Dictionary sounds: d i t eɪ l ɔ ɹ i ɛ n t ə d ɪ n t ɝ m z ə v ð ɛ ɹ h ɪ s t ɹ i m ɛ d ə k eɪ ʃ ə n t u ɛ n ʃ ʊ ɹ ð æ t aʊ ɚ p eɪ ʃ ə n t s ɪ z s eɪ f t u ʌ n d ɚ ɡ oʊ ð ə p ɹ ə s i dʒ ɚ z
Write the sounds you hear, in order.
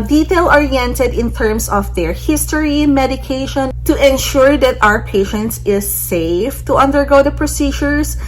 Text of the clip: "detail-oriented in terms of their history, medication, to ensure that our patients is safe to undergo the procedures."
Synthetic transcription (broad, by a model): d i t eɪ l ɔ ɹ i ɛ n t ə d ɪ n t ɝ m s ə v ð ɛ ɹ h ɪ s t ɹ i m ɛ d ə k eɪ ʃ ə n t u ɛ n ʃ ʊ ɹ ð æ t aʊ ɚ p eɪ ʃ ə n t s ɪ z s eɪ f t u ʌ n d ɚ ɡ oʊ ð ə p ɹ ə s i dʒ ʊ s